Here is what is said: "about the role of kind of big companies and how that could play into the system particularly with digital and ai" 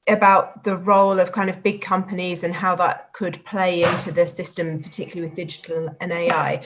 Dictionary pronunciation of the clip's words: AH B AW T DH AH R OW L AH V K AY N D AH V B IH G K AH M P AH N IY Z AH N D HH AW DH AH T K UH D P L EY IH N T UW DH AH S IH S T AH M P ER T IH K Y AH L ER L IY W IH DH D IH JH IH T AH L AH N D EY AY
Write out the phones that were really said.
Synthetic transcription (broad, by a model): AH B AW T DH AH R OW L AH V K AY N D AH V B IH G K AH M P AH N IY Z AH N HH AW DH AH T K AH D P L EY IH N T UW DH AH S IH S T AH M P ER T IH K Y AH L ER L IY W IH DH D IH JH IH T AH L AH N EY AY